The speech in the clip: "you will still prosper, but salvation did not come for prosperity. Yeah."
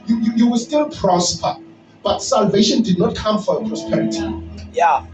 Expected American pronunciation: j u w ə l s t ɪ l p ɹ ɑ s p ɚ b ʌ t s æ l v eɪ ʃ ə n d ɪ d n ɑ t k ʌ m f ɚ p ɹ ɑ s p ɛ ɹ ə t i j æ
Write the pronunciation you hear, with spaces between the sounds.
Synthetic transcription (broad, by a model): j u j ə w s t ɪ l p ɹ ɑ s p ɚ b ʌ t s æ l v eɪ ʃ ə n d ɪ d n ɑ t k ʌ m f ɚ p ɹ ɑ s p ɛ ɹ ə t i j